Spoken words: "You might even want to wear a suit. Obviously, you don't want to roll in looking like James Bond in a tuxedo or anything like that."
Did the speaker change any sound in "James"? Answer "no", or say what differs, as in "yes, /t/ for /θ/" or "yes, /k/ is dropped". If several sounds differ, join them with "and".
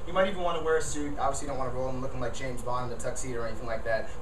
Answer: no